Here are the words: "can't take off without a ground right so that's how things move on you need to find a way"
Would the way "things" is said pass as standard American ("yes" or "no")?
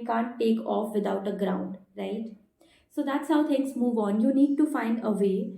no